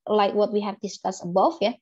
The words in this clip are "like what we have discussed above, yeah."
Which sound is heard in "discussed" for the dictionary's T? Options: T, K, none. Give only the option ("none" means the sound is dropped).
none